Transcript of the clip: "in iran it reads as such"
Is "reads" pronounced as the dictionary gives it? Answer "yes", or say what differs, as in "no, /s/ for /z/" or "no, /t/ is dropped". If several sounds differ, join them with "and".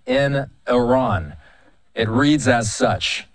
yes